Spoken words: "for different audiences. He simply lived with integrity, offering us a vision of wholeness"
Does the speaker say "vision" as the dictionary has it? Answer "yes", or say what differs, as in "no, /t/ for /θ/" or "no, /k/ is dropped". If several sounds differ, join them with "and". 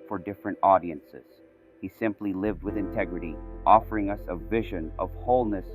yes